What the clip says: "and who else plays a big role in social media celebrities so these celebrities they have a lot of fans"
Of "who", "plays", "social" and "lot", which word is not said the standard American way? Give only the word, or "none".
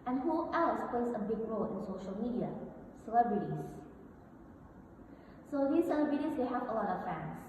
plays